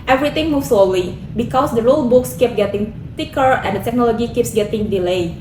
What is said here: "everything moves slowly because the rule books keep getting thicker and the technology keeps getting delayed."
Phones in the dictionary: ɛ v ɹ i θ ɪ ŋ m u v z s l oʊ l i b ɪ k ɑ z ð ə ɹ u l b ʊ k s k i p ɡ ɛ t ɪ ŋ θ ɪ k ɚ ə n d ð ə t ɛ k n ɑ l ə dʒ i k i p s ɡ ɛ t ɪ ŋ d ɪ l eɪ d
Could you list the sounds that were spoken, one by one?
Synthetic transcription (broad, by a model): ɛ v ɹ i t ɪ ŋ m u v s l oʊ l i b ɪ k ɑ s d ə ɹ u l b ʊ k s k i p ɡ ɛ t ɪ ŋ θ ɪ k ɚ ə n d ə t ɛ k n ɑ l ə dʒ i k i p s ɡ ɛ t ɪ ŋ d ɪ l eɪ